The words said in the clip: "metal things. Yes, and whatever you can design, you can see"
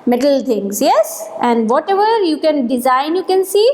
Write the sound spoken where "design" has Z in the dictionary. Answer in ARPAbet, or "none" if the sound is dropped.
Z